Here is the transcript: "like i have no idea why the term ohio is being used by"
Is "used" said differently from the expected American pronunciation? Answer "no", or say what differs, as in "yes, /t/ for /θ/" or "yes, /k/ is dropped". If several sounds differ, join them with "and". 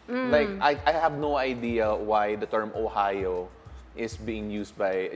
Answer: yes, /s/ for /z/